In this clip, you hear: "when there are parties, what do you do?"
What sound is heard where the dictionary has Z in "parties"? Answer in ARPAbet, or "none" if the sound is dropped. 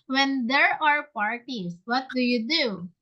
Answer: S